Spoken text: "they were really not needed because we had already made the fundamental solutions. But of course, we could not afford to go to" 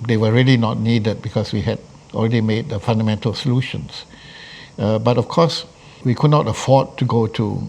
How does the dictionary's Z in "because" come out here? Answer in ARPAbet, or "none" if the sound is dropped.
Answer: S